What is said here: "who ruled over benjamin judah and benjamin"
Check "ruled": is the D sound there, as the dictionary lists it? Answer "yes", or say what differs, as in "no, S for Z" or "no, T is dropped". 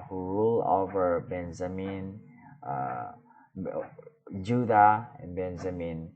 no, D is dropped